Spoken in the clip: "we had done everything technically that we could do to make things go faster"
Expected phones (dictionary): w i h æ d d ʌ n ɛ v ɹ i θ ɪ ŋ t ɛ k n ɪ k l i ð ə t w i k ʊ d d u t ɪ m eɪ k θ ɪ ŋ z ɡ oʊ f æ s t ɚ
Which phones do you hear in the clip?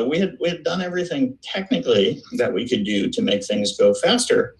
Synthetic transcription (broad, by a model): w i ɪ d d ʌ n ɛ v ɹ i θ ɪ ŋ t ɛ k n ɪ k l i ð ə t w i k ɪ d d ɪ t ɪ m eɪ k θ ɪ ŋ z ɡ oʊ f æ s t ɚ